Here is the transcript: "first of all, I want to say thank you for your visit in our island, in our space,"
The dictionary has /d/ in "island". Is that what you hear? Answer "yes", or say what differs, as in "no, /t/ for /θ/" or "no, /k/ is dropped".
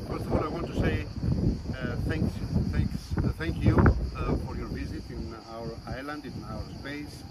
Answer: yes